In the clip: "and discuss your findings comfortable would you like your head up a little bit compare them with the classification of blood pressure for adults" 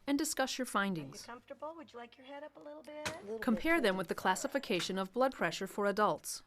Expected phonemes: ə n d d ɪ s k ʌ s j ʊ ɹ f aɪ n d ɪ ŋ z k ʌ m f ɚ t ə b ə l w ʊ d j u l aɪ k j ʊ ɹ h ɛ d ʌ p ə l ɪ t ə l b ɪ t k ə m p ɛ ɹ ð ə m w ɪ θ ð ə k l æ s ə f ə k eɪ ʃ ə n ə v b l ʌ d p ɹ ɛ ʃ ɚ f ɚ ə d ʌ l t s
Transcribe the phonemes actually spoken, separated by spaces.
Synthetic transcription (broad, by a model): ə n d d ɪ s k ʌ s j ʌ ɹ f aɪ n d ɪ ŋ z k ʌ m f t ə b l w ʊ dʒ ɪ l aɪ k j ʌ ɹ h ɛ d ʌ p ə l ɪ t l b ɪ t k ə m p ɛ ɹ ð ə m w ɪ ð ə k l æ s ə f ə k eɪ ʃ ə n ə v b l ʌ d p ɹ ɛ ʃ ɚ f ɚ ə d ʌ l t s